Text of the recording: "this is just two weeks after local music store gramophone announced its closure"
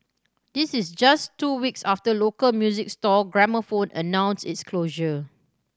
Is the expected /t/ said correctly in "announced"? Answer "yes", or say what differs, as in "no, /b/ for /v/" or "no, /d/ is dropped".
no, /t/ is dropped